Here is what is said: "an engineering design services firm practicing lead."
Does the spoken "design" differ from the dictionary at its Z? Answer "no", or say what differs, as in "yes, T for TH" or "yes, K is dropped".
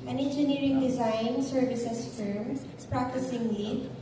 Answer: no